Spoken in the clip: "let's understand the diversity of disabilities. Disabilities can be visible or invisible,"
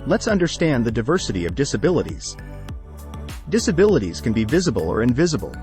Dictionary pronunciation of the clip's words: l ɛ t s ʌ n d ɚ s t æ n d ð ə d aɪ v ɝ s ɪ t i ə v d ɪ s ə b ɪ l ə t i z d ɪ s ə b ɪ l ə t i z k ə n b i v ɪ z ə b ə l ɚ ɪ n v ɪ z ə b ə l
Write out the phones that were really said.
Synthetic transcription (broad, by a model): l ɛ t s ʌ n d ɚ s t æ n ð ə d aɪ v ɝ s ɪ t i ə v d ɪ s ə b ɪ l ə t i z d ɪ s ə b ɪ l ə t i z k ə n b i v ɪ z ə b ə l ɚ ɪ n v ɪ z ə b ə l